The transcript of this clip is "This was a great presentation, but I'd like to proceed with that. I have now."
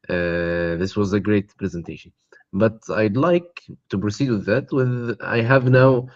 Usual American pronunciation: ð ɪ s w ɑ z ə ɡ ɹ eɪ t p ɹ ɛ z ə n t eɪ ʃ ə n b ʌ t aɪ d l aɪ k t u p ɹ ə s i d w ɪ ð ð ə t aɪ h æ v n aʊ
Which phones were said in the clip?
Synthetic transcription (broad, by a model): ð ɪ s w ɑ z ə ɡ ɹ eɪ t p ɹ ɛ z ə n t eɪ ʃ ə n b ʌ t aɪ d l aɪ k t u p ɹ ə s i d w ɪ ð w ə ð aɪ h æ v n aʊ